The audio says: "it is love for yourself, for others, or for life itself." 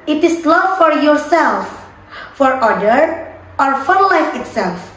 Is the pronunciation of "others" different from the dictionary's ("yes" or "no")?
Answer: yes